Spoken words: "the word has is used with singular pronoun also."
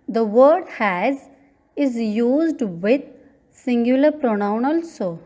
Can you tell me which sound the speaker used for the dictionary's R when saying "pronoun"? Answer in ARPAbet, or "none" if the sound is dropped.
R